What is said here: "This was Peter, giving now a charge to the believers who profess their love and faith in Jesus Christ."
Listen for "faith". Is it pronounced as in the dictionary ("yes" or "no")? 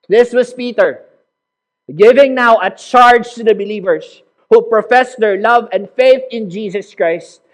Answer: yes